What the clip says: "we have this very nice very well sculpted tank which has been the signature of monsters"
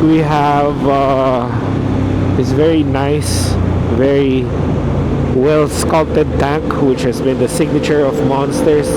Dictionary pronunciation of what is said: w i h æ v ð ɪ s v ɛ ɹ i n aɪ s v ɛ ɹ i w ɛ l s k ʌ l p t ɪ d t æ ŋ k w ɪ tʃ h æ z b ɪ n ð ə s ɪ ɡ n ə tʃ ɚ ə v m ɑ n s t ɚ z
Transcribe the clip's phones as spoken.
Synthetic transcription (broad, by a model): w i h æ v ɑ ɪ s v ɛ ɹ i n aɪ s v ɛ ɹ i w ɛ l s k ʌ l t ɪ d t æ ŋ k w ɪ tʃ h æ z b ɪ n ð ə s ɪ ɡ n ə tʃ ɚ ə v m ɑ n s t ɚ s